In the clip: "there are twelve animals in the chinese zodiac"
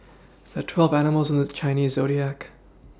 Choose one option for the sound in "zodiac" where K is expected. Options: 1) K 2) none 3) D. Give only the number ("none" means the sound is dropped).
1